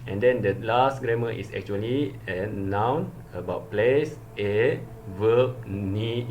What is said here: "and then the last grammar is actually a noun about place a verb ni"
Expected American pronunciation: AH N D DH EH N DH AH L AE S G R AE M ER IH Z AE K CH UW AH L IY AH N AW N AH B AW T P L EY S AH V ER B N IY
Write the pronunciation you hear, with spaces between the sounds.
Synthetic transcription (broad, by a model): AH N D EH N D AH L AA S G R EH M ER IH S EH K CH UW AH L IY AH N AW N AH B AW T P L EY S AH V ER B N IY